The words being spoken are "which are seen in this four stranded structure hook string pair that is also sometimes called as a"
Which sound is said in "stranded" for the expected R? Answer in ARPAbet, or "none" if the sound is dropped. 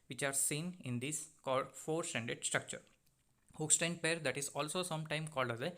none